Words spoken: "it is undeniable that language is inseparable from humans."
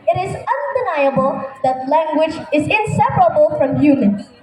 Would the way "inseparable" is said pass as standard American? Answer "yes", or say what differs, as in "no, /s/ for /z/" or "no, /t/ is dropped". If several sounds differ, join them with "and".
yes